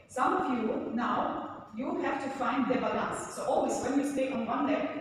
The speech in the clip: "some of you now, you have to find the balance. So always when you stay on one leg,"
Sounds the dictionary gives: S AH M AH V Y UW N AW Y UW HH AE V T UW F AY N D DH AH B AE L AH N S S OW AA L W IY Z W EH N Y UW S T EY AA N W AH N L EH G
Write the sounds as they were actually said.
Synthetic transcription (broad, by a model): S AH M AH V Y UW N AW Y UW HH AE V T UW F AY N D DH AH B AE L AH N S S OW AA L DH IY S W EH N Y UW S T EY AA N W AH N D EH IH